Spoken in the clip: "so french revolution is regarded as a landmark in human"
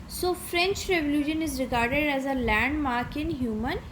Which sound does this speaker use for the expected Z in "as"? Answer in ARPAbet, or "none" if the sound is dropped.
Z